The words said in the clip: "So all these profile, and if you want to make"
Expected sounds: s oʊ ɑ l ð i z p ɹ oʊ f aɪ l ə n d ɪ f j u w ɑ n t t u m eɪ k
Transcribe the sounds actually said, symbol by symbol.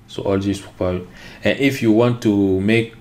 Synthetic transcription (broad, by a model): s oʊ ɑ l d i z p oʊ p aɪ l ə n ɪ f j u w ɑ n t t u m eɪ k